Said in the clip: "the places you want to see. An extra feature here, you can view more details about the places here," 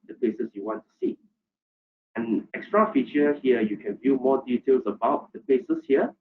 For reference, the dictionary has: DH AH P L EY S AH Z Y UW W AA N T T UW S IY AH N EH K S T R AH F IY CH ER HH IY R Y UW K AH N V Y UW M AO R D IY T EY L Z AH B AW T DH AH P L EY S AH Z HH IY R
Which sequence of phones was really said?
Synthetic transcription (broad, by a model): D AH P L EY S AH S Y UW W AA N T T UW S IY AH N EH K S T R AH F IY CH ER HH IY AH Y UW K AH N V Y UW M AO D IY T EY L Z AH B AW T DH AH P L EY S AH S HH IY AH